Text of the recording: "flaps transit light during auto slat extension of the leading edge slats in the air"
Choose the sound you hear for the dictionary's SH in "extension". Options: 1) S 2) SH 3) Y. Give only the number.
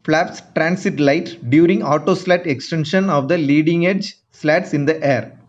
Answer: 2